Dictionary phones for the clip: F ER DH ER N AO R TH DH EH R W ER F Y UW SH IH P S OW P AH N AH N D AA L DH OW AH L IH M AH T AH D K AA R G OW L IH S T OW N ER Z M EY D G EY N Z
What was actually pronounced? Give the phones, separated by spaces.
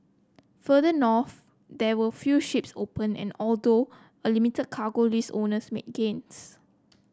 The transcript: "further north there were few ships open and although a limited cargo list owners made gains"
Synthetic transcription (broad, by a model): F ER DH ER N AO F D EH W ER F Y UW SH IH P S OW P AH N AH N AA L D OW AH L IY M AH T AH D K AA G OW L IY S OW N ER S M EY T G EY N S